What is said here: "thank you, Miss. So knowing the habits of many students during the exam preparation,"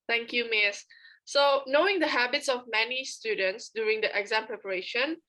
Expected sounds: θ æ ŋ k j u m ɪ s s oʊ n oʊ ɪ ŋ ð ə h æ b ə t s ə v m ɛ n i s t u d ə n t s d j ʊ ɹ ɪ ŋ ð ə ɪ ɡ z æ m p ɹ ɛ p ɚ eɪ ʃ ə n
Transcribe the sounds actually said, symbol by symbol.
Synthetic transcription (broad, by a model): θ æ ŋ k j u m ɪ s s oʊ n oʊ ɪ ŋ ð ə h æ b ə t s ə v m ɛ n i s t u d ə n t s d j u ɹ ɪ ŋ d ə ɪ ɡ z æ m p ɹ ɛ p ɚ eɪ ʃ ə n